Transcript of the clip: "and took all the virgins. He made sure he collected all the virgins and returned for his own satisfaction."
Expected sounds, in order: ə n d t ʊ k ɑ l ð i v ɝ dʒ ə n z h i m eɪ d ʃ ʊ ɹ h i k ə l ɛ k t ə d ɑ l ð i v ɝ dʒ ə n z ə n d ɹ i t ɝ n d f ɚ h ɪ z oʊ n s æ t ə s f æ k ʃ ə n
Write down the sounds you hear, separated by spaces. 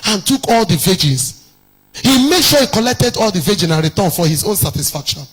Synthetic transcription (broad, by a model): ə n t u k ɑ l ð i v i dʒ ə n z h i m eɪ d ʃ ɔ h i k ə l ɛ k t ə d ɑ l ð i v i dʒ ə n ə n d ɹ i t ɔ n f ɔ h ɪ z oʊ n s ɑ t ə s f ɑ k ʃ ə n